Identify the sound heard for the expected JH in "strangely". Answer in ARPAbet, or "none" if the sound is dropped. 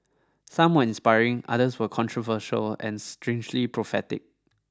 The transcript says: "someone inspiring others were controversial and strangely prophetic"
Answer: JH